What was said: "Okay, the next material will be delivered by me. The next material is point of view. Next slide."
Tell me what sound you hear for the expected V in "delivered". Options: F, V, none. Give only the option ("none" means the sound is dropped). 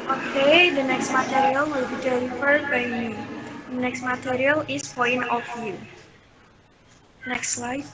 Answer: F